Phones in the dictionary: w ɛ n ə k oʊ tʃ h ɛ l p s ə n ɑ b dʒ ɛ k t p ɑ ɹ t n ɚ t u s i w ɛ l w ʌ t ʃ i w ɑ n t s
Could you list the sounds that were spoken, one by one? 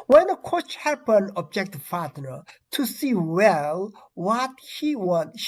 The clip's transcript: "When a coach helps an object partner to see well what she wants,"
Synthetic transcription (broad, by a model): w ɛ n ə k oʊ tʃ h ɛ p ə n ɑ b dʒ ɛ k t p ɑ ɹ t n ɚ t u s i w ɛ l w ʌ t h i w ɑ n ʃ